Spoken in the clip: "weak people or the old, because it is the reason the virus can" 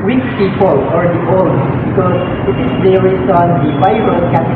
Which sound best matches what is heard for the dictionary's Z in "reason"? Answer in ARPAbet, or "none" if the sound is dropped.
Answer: S